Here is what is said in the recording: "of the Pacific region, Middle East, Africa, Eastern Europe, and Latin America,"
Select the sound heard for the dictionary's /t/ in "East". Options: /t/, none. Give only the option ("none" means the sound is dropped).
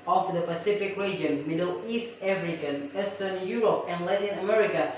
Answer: /t/